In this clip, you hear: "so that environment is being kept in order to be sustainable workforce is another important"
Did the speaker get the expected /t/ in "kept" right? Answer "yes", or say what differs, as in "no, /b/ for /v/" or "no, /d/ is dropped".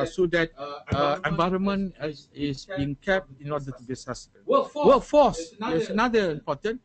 yes